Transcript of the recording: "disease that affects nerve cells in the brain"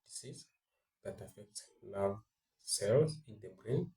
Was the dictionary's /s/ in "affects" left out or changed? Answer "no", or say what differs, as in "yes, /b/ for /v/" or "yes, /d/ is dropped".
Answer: no